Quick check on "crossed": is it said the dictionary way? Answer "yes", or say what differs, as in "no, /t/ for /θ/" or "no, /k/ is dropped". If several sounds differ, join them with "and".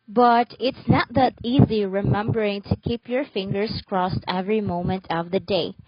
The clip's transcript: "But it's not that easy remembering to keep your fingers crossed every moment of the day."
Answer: yes